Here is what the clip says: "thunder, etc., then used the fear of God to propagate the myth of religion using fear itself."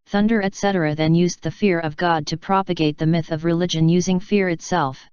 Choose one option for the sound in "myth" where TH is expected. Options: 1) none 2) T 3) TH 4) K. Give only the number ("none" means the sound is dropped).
3